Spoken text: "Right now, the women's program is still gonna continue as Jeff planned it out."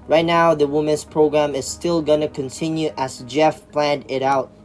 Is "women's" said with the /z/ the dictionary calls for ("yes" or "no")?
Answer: no